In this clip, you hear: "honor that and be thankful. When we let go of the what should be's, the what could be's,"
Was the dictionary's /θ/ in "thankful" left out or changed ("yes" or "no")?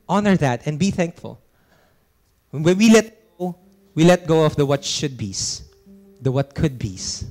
no